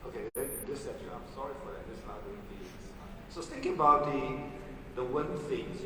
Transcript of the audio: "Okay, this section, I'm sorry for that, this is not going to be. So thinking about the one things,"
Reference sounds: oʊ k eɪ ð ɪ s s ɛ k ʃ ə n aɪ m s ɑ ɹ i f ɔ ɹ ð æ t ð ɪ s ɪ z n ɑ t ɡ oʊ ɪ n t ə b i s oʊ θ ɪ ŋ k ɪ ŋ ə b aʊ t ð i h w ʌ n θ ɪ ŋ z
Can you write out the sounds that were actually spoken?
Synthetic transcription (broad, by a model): oʊ k eɪ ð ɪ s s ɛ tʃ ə aɪ m s ɑ ɹ i f ɔ ɹ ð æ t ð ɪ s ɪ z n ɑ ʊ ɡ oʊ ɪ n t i s oʊ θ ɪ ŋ k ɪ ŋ ə b aʊ t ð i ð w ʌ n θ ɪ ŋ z